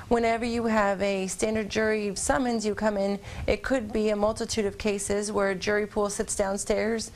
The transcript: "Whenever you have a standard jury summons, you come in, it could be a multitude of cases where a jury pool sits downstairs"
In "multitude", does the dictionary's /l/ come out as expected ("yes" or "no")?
yes